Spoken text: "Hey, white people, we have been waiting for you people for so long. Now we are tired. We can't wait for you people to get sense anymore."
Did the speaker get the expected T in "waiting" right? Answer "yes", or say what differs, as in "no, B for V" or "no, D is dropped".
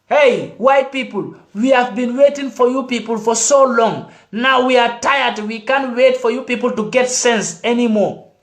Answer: yes